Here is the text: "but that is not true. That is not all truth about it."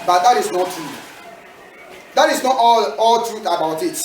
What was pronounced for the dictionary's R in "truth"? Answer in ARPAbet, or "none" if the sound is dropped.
R